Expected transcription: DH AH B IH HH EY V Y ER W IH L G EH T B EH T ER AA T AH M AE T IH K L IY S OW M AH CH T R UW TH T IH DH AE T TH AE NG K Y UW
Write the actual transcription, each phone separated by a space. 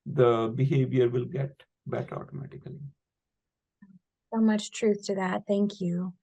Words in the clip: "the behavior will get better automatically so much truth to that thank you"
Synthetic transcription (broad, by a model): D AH B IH HH EY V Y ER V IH L G EH T B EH T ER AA T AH M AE T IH K L IY S OW M AH CH T R UW TH T IH DH AE T TH AE NG K Y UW